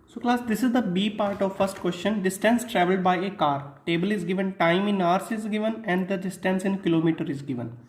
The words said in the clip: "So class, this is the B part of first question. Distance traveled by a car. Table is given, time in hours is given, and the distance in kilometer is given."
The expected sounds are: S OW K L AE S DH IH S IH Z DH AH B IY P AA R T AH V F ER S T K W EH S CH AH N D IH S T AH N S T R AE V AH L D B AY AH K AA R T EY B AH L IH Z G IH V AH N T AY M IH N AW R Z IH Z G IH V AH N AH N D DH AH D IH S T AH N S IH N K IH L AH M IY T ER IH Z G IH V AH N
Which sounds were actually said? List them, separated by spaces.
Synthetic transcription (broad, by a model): S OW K L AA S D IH S IH Z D AH B IY P AA R T AH V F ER S T K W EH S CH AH N D IH S T AH N S T R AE V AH L D B AY AH K AA R T EY B AH L IH Z G IH V AH N T AY M IH N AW R S IH Z G IH V AH N AH N D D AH D IH S T AH N S IH N K IH L AH M IY T ER IH Z G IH V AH N